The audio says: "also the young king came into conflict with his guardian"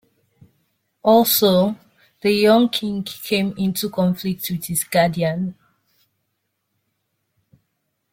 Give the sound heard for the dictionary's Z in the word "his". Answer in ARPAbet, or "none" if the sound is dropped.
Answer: S